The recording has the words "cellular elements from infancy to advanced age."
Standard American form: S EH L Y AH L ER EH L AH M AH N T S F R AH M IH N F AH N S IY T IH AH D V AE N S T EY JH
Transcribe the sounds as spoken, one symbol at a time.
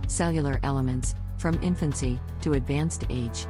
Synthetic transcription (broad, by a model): S EH L Y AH L ER EH L AH M AH N T S F R AH M IH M F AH N S IY T IH AH D V AE N S T EY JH